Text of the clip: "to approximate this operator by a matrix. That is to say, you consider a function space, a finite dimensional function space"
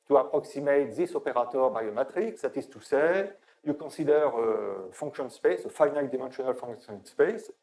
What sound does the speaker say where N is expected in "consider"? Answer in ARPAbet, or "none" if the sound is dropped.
none